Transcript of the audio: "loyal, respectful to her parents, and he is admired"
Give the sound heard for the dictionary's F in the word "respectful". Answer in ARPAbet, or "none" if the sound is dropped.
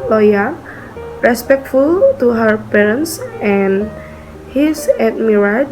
F